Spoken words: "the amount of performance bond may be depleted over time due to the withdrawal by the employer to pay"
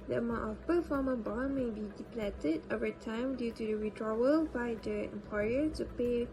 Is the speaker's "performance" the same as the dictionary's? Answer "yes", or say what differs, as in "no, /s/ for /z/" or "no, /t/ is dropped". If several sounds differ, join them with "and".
no, /s/ is dropped